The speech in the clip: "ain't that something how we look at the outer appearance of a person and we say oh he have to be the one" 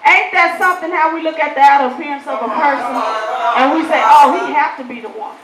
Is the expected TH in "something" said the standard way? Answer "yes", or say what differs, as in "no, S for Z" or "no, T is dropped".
yes